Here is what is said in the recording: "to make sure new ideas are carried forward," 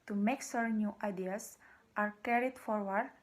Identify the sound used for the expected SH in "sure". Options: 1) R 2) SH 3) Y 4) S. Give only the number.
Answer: 4